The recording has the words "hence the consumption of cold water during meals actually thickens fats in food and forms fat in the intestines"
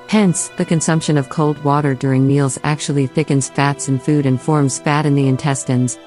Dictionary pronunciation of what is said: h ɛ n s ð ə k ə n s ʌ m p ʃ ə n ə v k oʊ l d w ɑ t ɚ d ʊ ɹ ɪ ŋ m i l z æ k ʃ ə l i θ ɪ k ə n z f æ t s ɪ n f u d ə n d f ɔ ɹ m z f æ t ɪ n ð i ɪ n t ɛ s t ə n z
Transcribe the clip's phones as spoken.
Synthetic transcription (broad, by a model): h ɛ n s ð ə k ə n s ʌ m p ʃ ə n ə v k oʊ l d w ɑ t ɚ d ʊ ɹ ɪ ŋ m i l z æ k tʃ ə l i θ ɪ k ə n z f æ t s ɪ n f u d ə n f ɔ ɹ m z f æ t ɪ n ð i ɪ n t ɛ s t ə n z